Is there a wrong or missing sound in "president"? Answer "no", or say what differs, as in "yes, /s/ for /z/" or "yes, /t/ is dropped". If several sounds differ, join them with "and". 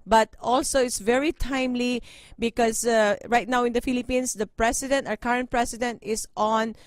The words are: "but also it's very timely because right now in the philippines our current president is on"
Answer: yes, /s/ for /z/